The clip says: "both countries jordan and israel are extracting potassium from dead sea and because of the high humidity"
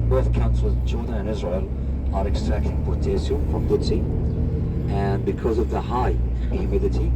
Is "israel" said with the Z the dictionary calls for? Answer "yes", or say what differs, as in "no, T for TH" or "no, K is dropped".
yes